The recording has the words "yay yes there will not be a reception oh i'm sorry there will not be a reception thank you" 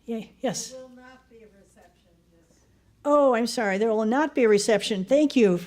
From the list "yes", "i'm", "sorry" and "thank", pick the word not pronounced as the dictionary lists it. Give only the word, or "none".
none